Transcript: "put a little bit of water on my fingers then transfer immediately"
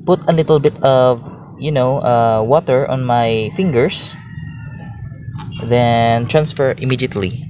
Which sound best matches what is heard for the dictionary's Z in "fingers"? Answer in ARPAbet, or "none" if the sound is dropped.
S